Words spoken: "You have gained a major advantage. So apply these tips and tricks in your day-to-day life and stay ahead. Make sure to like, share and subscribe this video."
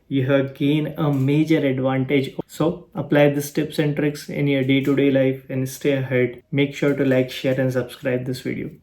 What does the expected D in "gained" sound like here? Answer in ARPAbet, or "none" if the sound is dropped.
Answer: none